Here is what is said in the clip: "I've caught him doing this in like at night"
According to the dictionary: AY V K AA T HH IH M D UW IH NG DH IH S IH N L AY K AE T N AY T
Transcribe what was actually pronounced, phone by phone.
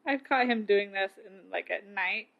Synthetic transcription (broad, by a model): AY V K AA T HH IH M D UW IH NG DH IH S IH N L AY K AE T N AY T